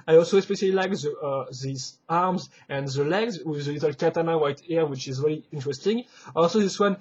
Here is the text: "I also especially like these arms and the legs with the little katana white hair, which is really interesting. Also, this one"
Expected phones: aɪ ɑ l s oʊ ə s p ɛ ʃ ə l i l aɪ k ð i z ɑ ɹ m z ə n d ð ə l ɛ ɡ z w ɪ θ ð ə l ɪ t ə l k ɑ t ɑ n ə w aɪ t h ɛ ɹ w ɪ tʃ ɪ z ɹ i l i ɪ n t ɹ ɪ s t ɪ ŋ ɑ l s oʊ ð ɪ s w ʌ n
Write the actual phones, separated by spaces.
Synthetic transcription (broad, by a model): aɪ ɑ l s oʊ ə s p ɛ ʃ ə l i l aɪ k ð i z ɑ ɹ m z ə n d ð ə l ɛ ɡ z w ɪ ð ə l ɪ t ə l k ɑ t ɑ n ə w aɪ t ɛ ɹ w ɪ tʃ ɪ z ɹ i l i ɪ n t ɹ ɪ s t ɪ ŋ ɑ l s oʊ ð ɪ s w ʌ n